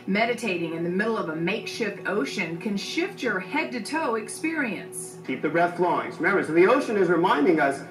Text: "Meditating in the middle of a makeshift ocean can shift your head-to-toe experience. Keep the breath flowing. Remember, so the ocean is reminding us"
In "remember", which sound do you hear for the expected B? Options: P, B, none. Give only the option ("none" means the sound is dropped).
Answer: none